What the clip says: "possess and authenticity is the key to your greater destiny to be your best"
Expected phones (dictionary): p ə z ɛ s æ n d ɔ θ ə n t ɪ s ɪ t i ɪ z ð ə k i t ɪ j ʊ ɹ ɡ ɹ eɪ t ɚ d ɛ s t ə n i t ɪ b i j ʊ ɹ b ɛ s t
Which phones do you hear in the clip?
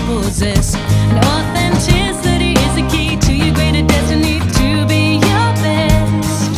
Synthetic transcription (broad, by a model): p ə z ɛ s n ɔ θ ə n t ɪ s ɪ t i ɪ z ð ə k i t ɪ j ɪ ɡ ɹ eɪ t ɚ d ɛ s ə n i t ɪ b i j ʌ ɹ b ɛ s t